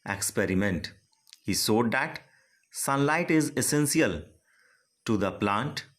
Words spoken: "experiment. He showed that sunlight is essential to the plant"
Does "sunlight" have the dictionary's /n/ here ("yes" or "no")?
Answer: yes